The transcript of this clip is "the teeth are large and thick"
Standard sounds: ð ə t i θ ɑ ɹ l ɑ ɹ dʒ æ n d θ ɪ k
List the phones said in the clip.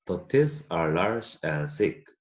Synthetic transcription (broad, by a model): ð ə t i s ɑ ɹ l ɑ ɹ dʒ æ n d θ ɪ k